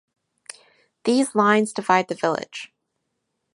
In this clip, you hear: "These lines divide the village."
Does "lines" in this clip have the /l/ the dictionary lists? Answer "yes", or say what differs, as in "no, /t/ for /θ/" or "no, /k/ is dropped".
yes